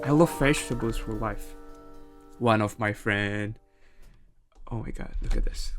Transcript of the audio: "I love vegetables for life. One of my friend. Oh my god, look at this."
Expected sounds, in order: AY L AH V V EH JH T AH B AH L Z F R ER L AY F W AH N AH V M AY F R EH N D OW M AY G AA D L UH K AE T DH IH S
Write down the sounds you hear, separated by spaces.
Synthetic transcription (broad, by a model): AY L AH V F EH SH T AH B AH Z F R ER L AY F W AH N AH V M AY F R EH N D OW M AY G AA D L UH K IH T DH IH S